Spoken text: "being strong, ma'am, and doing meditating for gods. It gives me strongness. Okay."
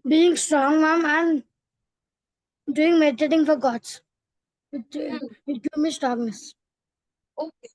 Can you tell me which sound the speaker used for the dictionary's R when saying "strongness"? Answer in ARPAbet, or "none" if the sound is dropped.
none